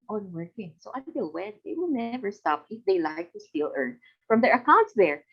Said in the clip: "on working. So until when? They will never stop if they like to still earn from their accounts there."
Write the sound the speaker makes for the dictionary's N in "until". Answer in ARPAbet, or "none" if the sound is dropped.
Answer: none